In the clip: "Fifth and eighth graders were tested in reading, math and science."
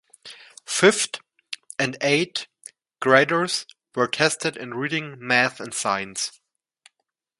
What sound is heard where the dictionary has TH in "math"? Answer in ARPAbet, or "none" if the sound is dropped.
TH